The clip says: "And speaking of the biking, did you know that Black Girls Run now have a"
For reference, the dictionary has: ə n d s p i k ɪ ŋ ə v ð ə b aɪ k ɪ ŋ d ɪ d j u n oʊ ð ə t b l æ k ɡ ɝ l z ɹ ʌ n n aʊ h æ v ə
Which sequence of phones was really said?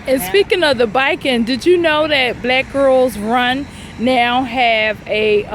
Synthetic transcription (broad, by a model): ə n s p i k ɪ ŋ ə v ð ə b aɪ k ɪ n d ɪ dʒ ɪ n oʊ ð ə t b l æ k ɡ ɝ l z ɹ ʌ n n aʊ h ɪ v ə